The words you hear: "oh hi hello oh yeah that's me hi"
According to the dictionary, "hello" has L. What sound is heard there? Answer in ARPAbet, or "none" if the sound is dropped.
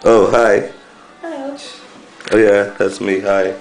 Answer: none